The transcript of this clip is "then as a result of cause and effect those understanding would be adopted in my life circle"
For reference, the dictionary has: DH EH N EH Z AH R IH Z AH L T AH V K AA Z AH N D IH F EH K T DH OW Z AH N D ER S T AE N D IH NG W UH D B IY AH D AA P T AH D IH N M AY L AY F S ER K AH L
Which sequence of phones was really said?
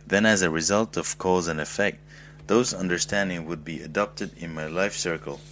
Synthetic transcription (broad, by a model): DH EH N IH Z AH R IH Z AH L T AH V K AA Z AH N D IH F EH K T DH OW Z AH N D ER S T AE N D IH NG W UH D B IY AH D AA P T AH D IH N M AY L AY F S ER K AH L